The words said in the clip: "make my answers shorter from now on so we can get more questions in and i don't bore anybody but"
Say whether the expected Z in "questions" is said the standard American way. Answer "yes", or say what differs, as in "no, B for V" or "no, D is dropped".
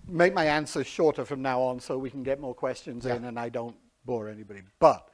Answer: yes